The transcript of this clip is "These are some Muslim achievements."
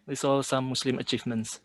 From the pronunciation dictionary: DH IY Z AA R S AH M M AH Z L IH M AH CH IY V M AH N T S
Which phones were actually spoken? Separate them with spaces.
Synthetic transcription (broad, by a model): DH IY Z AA L S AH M M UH S L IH M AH CH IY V M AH N T S